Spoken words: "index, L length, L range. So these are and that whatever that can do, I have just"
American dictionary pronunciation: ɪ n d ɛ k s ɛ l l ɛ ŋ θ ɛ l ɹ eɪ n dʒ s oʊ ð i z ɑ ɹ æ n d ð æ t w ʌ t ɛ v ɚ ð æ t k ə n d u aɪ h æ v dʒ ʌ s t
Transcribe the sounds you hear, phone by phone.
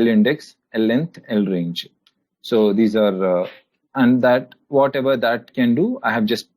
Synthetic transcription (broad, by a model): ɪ n d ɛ k s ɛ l l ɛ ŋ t ɛ l ɹ eɪ n dʒ s oʊ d i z ɑ ɹ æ n d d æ t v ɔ t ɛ v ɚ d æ t k ə n d u aɪ h æ v dʒ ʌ s t